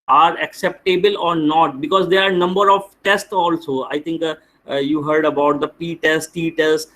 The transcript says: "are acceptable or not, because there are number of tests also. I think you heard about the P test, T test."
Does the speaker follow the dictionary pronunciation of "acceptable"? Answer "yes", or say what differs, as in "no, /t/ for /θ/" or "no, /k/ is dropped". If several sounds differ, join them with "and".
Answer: yes